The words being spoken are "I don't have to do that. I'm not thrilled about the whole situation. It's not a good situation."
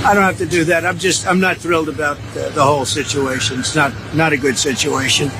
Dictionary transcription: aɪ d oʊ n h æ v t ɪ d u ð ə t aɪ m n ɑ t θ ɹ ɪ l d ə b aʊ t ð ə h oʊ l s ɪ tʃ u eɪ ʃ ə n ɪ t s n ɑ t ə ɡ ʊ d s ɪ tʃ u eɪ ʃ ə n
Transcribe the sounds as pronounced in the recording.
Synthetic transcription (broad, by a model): aɪ d oʊ n h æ f t ɪ d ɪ ð ə t aɪ m n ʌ t θ ɹ ɪ l d ə b aʊ t ð ə h oʊ l s ɪ tʃ u eɪ ʃ ə n ɪ t s n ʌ t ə ɡ ʊ d s ɪ tʃ u eɪ ʃ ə n